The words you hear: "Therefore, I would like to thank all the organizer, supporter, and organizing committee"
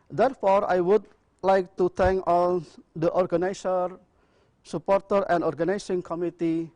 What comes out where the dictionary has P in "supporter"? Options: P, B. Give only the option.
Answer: P